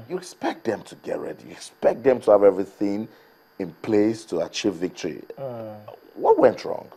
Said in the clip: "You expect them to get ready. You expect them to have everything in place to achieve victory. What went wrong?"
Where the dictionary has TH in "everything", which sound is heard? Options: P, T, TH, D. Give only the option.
TH